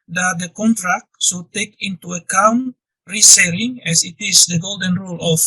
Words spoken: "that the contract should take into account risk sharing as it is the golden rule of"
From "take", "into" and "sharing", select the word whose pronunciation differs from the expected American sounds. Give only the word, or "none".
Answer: sharing